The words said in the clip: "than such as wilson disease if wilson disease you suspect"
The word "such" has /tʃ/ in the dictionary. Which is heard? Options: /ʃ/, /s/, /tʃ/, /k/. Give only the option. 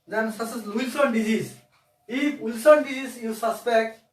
/s/